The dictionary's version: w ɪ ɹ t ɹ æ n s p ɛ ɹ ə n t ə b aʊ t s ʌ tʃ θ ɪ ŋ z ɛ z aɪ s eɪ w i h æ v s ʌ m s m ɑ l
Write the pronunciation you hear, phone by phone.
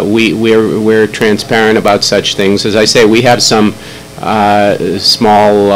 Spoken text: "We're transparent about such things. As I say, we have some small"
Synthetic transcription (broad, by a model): w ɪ ɹ t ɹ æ n s p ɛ ɹ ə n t ə b aʊ t s ʌ tʃ θ ɪ ŋ z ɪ z aɪ s eɪ w i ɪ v s ʌ m s m ɑ l